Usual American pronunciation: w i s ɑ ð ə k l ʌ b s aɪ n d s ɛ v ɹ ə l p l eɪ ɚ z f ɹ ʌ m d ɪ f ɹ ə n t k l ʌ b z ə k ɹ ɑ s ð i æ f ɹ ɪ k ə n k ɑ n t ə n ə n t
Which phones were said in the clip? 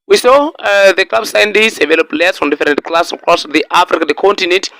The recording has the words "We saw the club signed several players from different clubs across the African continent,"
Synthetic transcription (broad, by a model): w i s ɑ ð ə k l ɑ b s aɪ n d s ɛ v ə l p l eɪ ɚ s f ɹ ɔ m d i f ɹ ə n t k l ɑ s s ə k ɹ ɑ s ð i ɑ f ɹ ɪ k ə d k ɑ n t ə n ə n t